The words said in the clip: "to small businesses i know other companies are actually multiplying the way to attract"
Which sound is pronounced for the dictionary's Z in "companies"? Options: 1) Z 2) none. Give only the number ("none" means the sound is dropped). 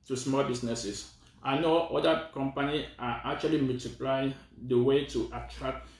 2